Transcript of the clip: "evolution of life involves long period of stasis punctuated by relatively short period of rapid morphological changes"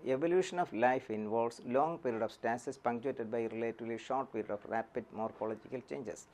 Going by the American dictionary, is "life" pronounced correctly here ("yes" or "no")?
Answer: yes